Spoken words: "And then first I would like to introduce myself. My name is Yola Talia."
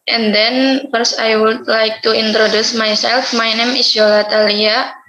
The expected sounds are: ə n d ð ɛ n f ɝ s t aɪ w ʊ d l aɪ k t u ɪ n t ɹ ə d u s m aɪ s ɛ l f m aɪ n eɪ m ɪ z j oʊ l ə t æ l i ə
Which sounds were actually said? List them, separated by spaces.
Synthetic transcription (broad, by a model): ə n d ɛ n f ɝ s aɪ w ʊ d l aɪ k t u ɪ n t ɹ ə d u s m aɪ s ɛ l f m aɪ n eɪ m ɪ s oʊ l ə t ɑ l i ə